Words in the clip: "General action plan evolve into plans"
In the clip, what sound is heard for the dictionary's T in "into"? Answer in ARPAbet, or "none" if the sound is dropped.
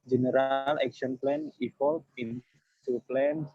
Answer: S